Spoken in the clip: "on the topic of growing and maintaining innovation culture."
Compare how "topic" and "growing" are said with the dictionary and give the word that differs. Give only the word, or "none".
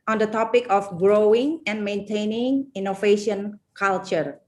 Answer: none